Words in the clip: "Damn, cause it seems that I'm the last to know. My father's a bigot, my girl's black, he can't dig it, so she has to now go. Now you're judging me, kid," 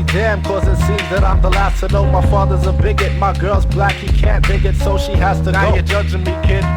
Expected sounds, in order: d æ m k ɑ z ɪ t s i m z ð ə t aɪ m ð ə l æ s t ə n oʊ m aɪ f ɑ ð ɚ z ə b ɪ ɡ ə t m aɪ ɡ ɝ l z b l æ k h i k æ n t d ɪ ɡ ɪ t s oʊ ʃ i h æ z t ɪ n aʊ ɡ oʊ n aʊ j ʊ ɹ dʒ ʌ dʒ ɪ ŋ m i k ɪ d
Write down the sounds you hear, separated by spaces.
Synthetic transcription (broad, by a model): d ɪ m k ɑ z ɪ t s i z ð ə t aɪ m ð ə l æ s t ə n oʊ m aɪ f ɑ ð ɚ z ə b ɪ ɡ ə t m aɪ ɡ ɝ l z b l æ k h i k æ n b ɪ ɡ ɪ t s oʊ ʃ i h æ z t ɪ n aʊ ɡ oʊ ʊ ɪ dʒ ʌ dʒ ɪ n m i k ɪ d